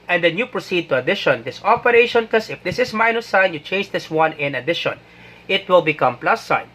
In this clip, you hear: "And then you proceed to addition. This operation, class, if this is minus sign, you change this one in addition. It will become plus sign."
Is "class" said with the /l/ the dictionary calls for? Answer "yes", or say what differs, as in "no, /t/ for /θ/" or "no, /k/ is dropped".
no, /l/ is dropped